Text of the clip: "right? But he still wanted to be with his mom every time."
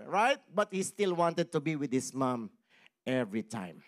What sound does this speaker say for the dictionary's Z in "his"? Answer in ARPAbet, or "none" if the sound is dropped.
S